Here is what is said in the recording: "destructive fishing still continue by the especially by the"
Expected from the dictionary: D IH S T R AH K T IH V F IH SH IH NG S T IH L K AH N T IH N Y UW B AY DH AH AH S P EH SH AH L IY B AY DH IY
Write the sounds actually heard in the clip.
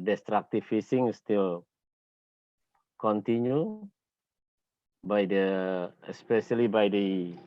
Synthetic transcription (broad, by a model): D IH S T R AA K T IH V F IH S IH NG S T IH L K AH N T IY N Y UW B AY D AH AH S P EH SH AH L IY B AY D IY